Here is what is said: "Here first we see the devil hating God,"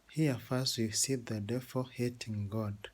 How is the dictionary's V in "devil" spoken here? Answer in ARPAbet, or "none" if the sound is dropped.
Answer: F